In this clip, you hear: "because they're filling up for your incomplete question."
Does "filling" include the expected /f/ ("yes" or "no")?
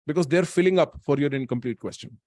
yes